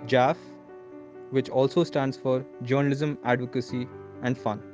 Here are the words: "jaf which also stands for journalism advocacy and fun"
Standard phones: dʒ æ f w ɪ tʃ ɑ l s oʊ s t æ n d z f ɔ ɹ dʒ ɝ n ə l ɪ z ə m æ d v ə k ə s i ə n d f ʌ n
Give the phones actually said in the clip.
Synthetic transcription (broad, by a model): dʒ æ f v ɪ tʃ ɑ l s oʊ s t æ n d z f ɔ ɹ dʒ ɝ n ə l ɪ z ə m æ d v ə k ə s i ə n d f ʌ n